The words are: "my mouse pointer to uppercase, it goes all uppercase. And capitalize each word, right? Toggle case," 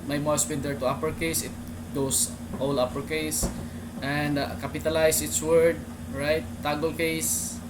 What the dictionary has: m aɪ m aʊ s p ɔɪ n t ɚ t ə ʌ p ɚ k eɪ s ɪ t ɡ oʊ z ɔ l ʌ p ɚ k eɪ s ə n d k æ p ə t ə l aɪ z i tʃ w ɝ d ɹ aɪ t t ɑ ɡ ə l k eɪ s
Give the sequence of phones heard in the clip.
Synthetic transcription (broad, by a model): m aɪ m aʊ s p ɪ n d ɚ t ə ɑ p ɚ k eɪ s ɪ t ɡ oʊ s ɔ l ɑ p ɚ k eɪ s ə n d k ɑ p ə t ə l aɪ s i s w ɝ d ɹ aɪ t t ɑ ɡ ə l k eɪ s